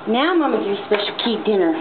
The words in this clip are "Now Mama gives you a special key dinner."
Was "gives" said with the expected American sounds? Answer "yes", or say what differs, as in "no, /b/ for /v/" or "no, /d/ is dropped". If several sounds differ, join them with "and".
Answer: no, /z/ is dropped